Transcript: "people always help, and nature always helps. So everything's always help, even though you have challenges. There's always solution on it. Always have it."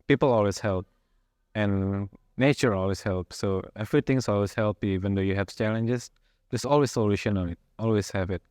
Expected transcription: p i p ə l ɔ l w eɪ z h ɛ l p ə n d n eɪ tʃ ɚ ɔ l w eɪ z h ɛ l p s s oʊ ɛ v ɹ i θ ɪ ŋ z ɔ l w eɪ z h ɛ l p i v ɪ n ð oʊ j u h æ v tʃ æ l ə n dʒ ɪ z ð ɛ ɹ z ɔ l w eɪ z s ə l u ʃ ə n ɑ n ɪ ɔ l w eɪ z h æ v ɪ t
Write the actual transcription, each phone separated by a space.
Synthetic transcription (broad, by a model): p i p ə l ɔ l w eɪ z h ɛ l p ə n n eɪ tʃ ɚ ɔ l w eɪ s h ɛ l p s s oʊ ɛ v ɹ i t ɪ ŋ s ɔ l w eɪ s h ɛ l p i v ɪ n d oʊ j u h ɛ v tʃ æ l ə n dʒ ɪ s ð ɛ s ɔ l w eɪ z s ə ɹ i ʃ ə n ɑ l ɪ ɔ l w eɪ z h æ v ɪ t